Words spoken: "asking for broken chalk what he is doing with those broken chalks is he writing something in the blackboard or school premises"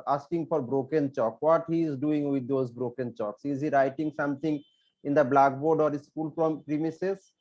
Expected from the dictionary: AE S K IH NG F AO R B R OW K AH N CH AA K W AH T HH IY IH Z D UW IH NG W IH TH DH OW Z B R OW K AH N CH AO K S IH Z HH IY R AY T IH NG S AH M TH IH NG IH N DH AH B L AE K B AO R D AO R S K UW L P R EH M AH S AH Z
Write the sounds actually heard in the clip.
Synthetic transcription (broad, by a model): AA S K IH NG F AO R B R OW K AH N CH AA K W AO T HH IY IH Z D UW IH NG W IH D OW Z B R OW K AH N CH AO K S IH Z HH IY R AY T IH NG S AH M T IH NG IH N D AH B L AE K B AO R D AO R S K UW L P R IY M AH S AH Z